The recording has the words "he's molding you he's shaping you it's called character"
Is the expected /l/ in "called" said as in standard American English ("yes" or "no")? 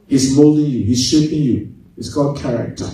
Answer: no